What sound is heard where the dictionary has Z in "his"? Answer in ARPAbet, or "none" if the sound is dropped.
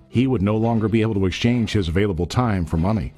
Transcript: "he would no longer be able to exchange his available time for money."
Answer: Z